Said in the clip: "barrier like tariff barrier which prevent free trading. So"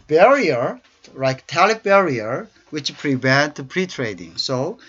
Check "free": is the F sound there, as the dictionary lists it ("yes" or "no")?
no